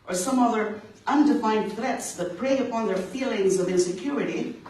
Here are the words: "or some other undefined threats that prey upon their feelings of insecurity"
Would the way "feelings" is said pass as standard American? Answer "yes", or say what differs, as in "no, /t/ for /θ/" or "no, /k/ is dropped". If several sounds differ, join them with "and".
yes